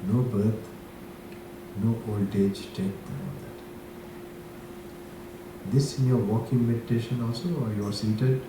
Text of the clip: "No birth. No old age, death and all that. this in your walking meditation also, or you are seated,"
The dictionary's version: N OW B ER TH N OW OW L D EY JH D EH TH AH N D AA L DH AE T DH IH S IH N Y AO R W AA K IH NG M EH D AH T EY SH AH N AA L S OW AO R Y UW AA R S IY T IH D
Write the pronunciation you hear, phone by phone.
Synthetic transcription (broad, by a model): N OW B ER T N OW OW L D EY JH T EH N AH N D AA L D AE T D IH S IH N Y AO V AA K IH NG M EH D AH T EY SH AH N AA L S OW AO R Y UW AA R S IY T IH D